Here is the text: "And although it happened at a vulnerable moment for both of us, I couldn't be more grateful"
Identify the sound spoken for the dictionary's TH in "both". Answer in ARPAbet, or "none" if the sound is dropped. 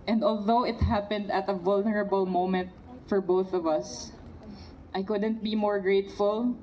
TH